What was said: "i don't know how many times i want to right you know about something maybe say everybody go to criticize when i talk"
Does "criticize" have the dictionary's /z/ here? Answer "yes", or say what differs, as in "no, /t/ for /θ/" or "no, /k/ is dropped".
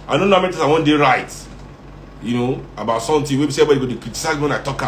no, /z/ is dropped